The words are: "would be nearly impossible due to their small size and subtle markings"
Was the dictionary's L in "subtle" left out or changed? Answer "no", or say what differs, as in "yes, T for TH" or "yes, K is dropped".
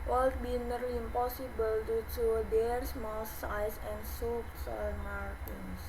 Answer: yes, N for L